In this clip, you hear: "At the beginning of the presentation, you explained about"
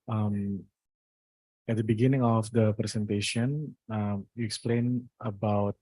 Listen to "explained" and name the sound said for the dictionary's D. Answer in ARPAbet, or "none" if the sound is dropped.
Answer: none